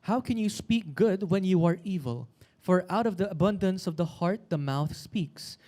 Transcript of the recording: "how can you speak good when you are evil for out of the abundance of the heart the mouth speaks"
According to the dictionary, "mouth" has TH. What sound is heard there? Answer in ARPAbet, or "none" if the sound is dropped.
TH